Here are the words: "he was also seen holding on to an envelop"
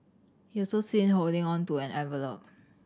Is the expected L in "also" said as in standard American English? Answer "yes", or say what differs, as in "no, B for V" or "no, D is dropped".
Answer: no, L is dropped